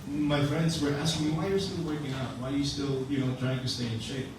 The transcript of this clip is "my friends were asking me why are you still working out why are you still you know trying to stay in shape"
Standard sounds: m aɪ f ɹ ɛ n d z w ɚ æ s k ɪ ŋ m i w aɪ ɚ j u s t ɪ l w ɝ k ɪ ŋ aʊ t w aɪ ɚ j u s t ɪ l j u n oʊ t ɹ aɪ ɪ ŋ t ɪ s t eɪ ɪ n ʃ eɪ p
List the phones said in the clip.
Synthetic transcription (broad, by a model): m aɪ f ɹ ɛ n d z w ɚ æ s k ɪ ŋ m i w aɪ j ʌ s t ɪ l w ɝ k ɪ ŋ aʊ t w aɪ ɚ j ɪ s t ɪ l j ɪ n oʊ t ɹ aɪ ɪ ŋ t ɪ s t eɪ ɪ n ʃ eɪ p